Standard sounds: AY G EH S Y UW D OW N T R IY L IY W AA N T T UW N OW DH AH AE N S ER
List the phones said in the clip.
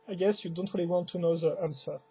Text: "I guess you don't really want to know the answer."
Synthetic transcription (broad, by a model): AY G EH S Y UW D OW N T R IY L IY W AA N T T UW N OW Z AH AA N S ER